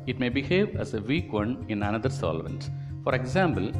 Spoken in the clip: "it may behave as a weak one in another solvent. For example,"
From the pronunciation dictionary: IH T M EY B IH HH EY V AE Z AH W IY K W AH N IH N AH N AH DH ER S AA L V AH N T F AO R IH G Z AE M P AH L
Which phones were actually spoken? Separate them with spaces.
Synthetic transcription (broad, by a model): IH T M EY B IH HH EY V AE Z AH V IY K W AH N IH N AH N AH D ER S AA L V AH N T F AO R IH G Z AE M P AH L